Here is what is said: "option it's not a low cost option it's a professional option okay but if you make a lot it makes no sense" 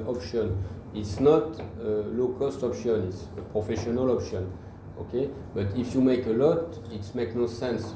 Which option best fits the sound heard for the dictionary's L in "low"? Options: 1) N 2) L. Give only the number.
2